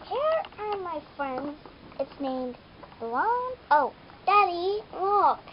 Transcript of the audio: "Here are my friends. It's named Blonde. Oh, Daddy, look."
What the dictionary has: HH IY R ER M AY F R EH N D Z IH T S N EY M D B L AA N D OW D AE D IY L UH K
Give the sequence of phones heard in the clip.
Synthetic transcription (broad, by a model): HH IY R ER M AY F R EH N D Z IH T S N EY M D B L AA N OW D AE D IY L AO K